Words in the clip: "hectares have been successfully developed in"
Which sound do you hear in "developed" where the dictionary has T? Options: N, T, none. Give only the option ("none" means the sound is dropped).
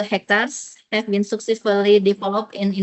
none